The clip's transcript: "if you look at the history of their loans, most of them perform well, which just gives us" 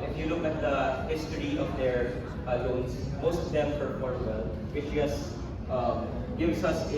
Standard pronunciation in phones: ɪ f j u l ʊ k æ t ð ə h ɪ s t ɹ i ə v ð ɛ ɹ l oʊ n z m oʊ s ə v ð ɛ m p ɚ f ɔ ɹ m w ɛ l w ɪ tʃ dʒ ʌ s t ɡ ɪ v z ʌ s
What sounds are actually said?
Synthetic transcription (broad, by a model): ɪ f j u l ʊ k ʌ t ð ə h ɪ s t ɹ i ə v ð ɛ ɹ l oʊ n s m oʊ s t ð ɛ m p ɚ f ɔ ɹ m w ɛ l w ɪ tʃ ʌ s t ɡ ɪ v s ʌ s